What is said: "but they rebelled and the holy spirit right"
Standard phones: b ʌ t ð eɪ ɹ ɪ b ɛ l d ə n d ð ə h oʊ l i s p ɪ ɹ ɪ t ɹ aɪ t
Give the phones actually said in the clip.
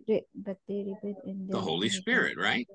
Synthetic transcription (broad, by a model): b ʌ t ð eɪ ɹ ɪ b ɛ d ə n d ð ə h oʊ l i s p ɪ ɹ ɪ t ɹ aɪ t